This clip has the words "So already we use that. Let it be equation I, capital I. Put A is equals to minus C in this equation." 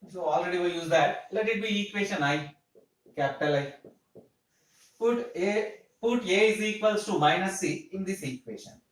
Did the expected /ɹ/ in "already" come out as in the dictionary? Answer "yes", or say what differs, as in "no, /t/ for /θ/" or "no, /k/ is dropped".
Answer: yes